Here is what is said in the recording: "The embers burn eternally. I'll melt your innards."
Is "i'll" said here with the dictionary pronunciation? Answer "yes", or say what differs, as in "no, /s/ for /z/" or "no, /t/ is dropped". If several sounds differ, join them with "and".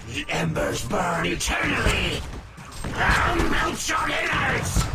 no, /n/ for /l/